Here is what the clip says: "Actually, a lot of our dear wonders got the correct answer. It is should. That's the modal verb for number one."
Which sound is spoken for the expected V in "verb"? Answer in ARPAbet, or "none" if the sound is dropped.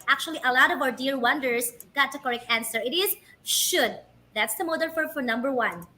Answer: F